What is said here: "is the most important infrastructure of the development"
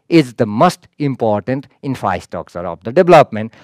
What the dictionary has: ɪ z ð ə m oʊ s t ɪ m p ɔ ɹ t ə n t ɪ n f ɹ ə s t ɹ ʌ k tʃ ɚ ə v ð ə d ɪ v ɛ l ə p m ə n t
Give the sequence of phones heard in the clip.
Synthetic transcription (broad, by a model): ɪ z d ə m oʊ s t ɪ m p ɔ ɹ t ə n t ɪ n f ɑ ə s t ɔ k s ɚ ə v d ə d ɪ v l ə p m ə n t